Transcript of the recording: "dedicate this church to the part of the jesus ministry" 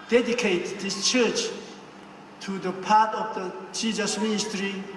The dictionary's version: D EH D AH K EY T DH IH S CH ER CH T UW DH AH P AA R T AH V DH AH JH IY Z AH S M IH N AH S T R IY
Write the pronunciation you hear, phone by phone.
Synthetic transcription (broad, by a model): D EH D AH K EY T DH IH S CH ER CH T UW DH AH P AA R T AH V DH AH CH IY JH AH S M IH N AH S T R IY